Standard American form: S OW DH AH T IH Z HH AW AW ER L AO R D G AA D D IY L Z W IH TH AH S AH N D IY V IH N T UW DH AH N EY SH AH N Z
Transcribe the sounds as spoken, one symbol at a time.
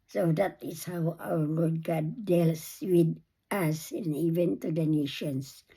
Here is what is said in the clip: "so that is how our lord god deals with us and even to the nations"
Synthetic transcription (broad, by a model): S OW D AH T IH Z HH AW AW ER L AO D G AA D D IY L S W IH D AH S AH N IY V IH N T UW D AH N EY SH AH N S